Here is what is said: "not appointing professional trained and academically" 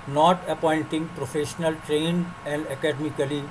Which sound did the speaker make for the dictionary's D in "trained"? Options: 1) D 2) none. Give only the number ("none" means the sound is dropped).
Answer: 2